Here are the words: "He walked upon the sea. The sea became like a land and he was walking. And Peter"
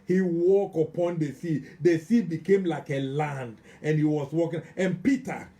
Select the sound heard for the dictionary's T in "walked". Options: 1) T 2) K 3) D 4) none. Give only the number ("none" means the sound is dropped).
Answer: 4